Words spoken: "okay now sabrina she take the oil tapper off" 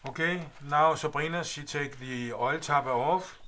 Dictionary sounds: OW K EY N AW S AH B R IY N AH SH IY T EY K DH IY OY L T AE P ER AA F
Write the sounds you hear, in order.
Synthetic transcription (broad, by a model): OW K EY N AW S AH B R IY N AH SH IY S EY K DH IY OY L S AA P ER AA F